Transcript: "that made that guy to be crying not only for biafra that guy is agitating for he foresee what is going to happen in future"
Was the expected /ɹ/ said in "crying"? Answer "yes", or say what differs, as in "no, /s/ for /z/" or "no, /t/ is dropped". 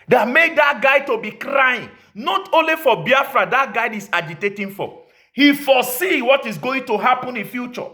yes